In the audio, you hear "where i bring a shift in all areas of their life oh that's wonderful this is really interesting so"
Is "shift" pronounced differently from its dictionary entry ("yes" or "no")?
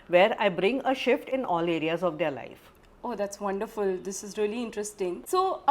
no